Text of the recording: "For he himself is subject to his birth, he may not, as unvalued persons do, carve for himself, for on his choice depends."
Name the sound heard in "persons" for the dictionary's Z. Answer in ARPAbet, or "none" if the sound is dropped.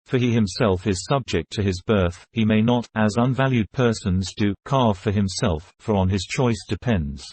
Z